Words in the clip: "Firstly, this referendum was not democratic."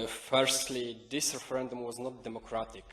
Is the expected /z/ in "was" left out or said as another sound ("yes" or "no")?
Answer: no